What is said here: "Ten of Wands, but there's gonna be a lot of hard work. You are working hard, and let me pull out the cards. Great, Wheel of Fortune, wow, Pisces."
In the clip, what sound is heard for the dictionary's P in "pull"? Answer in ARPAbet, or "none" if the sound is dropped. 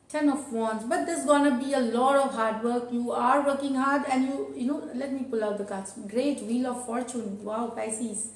P